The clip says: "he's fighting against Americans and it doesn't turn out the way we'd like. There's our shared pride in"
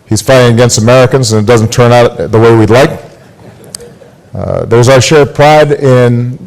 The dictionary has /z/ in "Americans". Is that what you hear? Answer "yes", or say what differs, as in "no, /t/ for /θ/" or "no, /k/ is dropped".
yes